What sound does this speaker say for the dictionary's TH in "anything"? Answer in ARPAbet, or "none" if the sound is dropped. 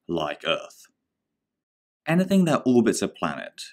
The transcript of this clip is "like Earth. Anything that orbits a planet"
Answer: TH